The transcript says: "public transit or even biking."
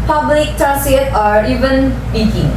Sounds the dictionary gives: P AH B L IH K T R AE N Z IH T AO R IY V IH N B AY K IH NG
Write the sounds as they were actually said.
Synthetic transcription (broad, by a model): P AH B L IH K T AA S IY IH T AO R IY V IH N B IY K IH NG